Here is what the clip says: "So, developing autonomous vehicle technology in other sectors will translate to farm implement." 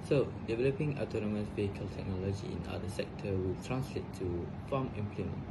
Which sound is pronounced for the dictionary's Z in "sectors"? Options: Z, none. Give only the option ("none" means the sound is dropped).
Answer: none